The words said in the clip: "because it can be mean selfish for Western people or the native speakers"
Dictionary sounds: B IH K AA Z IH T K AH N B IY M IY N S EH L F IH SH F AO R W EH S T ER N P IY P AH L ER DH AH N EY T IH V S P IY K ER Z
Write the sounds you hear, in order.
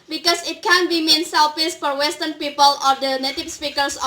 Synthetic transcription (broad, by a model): B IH K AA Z IH T K AH N B IY M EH N S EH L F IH S F AO R W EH S T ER N P IY P AH L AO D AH N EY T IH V S P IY K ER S